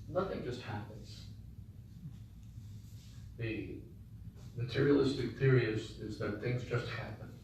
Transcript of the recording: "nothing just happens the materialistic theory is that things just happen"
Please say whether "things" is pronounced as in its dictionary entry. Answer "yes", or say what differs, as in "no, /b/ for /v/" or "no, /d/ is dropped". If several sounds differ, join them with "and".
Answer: yes